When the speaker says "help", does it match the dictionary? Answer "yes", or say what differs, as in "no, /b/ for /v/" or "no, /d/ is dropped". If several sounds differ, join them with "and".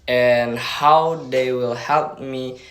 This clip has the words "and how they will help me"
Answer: yes